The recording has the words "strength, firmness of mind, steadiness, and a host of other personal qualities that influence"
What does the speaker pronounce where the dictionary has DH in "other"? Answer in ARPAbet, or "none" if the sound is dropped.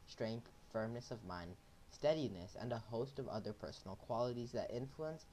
DH